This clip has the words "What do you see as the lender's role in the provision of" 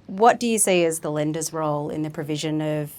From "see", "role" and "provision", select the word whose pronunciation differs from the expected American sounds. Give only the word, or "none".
none